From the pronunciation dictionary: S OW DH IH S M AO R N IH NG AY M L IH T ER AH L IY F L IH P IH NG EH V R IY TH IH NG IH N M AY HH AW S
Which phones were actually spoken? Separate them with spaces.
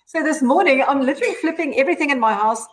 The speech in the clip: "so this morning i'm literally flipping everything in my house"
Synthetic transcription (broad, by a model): S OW DH IH S M AO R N IH NG AY M L IH T ER AH L IY F L IH P IH NG EH V R IY TH IH NG IH N M AY HH AW S